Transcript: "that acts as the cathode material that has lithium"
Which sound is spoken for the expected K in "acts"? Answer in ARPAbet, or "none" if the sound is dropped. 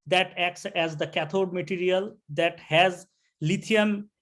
K